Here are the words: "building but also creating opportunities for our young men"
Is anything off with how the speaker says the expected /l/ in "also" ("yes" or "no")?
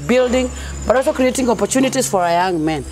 yes